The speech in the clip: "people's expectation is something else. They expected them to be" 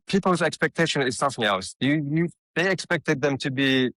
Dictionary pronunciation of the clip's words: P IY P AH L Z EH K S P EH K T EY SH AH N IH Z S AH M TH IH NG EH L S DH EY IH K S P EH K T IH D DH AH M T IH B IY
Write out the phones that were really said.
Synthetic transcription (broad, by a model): P IY P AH L Z EH K S P EH K T EY SH AH N IH Z S AH M TH IH NG EH L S DH EY IH K S P EH K T IH D DH AH M T IH B IY